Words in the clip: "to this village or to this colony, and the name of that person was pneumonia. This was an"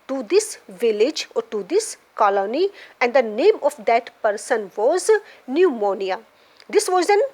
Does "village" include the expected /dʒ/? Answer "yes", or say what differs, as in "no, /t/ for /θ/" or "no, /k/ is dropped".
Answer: yes